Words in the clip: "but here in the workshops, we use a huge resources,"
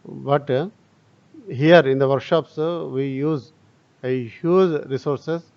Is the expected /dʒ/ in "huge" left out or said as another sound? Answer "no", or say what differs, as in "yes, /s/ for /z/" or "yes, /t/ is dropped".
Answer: yes, /z/ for /dʒ/